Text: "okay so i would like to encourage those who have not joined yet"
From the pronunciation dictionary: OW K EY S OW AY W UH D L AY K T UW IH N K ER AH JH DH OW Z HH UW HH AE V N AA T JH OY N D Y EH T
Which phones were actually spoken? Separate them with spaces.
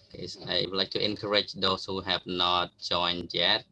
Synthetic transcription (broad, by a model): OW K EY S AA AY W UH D L AY K T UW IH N K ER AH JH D OW S HH UW HH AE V N AA T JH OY N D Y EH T